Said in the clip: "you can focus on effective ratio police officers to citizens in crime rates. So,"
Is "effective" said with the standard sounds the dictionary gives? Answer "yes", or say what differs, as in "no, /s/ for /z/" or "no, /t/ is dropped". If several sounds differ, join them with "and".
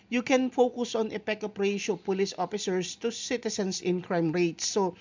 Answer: no, /p/ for /v/